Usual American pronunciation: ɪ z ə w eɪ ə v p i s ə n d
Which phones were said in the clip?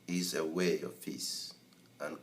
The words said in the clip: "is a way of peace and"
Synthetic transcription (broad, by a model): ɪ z ə w eɪ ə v f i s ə n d